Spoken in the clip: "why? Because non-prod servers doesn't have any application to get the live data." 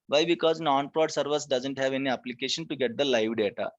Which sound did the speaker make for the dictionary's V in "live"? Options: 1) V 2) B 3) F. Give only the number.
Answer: 1